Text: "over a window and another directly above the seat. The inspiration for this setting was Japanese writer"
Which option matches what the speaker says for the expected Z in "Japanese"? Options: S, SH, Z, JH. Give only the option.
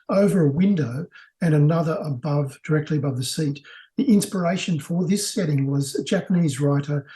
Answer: Z